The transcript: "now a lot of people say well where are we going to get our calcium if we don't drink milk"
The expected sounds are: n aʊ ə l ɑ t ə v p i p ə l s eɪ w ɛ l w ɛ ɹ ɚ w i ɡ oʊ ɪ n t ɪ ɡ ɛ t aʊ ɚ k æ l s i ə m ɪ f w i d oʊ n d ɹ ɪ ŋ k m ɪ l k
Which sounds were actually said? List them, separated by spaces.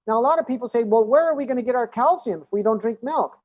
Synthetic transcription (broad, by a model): n aʊ ə l ɑ t ə v p i p l s eɪ w ɛ l w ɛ ɹ ɚ w i ɡ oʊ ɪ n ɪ ɡ ɛ t aʊ ɚ k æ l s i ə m ɪ f w i d oʊ n d ɹ ɪ ŋ k m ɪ l k